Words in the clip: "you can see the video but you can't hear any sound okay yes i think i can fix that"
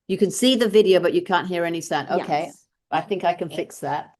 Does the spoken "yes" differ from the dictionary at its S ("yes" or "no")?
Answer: yes